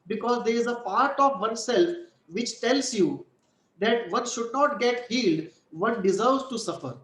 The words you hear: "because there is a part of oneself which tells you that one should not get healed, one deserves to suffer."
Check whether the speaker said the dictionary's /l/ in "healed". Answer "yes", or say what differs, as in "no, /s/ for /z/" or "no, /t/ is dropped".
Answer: yes